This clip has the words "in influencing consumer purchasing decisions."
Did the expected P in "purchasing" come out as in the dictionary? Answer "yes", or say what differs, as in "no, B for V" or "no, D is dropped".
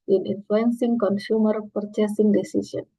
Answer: yes